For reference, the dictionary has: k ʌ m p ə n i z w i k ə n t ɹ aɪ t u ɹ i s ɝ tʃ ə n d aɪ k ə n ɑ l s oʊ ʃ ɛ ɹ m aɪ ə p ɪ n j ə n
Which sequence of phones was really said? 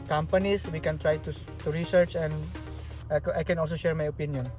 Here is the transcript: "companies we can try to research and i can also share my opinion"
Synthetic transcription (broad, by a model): k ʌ m p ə n i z w i k ə n t ɹ aɪ t u ɹ i s ɝ tʃ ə n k aɪ k ə n ɑ l s oʊ ʃ ɛ ɹ m aɪ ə p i n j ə n